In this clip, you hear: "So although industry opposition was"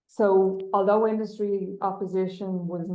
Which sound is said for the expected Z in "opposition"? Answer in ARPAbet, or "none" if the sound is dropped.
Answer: Z